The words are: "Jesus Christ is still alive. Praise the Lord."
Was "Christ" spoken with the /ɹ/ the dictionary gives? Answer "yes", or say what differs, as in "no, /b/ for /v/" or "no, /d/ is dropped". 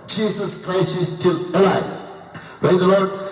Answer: yes